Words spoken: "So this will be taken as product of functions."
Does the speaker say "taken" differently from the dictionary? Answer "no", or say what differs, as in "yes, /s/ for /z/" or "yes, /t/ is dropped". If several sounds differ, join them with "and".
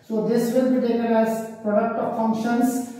yes, /l/ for /n/